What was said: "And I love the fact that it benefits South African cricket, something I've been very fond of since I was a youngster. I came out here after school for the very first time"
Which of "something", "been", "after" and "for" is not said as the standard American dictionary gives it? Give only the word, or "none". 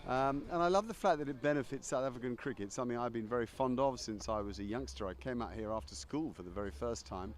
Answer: none